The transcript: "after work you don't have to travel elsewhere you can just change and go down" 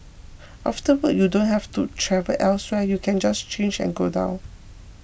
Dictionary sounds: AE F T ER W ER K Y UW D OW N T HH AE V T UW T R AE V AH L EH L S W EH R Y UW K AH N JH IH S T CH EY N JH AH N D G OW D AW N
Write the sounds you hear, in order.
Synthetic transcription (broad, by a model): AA F T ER W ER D Y UW D OW N T HH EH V T UW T R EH V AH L EH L S W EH Y UW K AH N JH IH S CH EY N JH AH N G OW D AW N